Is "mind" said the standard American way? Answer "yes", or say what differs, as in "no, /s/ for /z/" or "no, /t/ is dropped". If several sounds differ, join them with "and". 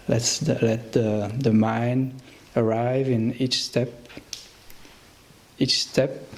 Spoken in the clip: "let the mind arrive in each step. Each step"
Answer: no, /d/ is dropped